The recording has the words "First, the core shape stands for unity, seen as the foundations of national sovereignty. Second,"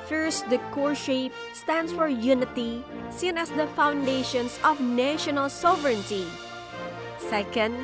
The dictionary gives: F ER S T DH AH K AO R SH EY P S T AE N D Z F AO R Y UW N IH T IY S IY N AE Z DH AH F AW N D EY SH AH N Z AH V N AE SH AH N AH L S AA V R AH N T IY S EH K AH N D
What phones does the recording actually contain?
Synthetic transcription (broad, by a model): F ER S T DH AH K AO R SH EY P S T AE N D S F AO R Y UW N IH T IY S IY N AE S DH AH F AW N D EY SH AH N S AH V N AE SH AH N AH L S AA V R AH N T IY S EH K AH N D